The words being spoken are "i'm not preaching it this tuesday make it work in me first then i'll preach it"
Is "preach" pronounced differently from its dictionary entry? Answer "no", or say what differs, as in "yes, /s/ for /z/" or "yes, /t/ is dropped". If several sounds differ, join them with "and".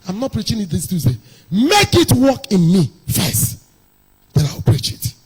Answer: no